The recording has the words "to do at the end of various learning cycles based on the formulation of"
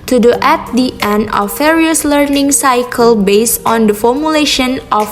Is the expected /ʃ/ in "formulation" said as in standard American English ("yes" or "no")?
yes